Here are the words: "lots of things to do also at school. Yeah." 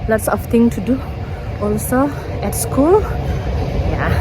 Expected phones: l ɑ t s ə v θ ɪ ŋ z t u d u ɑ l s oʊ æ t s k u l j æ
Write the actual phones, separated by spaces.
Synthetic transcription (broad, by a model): l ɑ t s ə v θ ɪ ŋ t u d u ɑ l s oʊ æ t s k u l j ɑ